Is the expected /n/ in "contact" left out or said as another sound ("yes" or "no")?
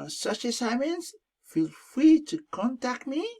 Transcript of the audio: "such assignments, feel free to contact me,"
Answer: no